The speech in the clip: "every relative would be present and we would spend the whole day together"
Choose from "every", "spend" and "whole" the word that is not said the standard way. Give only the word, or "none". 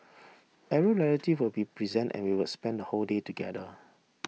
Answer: every